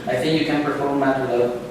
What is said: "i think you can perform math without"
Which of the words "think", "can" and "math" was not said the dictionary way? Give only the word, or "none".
math